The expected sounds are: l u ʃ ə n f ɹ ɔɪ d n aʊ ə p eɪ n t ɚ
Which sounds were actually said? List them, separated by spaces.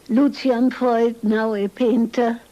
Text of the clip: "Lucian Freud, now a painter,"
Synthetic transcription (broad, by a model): l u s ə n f ɔɪ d n aʊ ə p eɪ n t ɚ